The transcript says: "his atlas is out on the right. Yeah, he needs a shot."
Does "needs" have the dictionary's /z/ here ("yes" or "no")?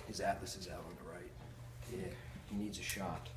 yes